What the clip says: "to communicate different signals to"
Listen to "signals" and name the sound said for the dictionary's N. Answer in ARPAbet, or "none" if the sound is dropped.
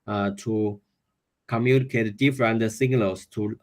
L